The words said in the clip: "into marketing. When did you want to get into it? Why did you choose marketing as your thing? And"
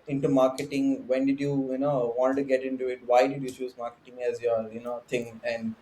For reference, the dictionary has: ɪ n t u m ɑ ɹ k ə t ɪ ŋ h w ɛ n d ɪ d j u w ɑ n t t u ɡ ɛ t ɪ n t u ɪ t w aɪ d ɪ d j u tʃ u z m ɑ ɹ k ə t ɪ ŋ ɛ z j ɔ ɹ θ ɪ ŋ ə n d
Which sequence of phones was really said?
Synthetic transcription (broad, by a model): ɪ n t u m ɑ ɹ k ə t ɪ ŋ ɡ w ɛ n d ɪ d j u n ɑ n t t u ɡ ɛ t ɪ n t u ɪ t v aɪ d ɪ d j u tʃ u z m ɑ ɹ k ə t ɪ ŋ ɛ z j ɔ ɹ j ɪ ŋ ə n d